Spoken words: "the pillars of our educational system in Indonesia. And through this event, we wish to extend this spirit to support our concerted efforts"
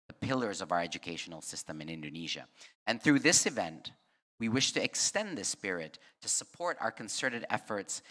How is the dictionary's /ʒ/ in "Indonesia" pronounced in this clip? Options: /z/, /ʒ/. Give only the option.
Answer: /ʒ/